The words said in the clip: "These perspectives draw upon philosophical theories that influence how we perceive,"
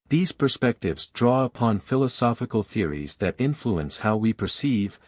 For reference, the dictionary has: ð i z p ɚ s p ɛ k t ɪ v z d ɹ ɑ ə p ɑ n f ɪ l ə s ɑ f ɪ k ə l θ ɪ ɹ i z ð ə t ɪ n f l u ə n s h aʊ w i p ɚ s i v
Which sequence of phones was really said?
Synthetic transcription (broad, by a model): ð i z p ɚ s p ɛ k t ɪ v z d ɹ ɑ ə p ɑ n f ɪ l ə s ɑ f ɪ k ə l θ ɪ ɹ i z ð ə t ɪ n f l u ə n s h aʊ w i p ɚ s i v